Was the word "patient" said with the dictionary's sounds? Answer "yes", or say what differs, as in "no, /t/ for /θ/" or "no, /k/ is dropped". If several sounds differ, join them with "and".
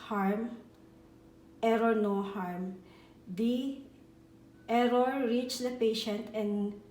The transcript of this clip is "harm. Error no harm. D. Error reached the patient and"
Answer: yes